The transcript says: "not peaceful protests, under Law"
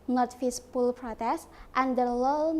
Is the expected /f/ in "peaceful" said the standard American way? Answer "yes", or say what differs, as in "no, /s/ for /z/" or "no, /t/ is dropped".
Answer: no, /p/ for /f/